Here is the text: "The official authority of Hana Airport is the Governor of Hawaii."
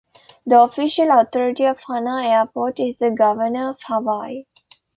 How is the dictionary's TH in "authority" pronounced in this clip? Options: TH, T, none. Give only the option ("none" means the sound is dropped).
T